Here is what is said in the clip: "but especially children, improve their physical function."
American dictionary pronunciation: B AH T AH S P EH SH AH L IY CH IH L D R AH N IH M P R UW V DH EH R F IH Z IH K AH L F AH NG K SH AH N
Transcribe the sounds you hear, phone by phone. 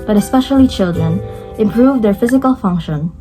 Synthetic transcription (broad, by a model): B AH T AH S P EH SH AH L IY CH IH L D R AH N IH M P R UW V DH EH R F IH Z IH K AH L F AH NG K SH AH N